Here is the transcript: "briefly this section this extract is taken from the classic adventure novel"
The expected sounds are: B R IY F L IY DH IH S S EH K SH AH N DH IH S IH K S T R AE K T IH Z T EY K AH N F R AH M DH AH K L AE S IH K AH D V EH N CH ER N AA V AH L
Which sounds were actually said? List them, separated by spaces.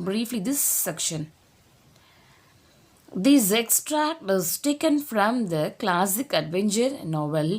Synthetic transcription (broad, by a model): B R IY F L IY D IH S S EH K SH AH N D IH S IH K S T R AE K T IH Z T EY K AH N F R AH M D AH K L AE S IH K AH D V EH N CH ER N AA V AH L